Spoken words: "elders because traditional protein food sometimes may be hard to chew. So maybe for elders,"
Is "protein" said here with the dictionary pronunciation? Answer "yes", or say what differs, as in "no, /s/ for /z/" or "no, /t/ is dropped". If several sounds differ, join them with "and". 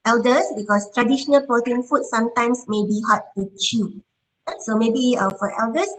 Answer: no, /ɹ/ is dropped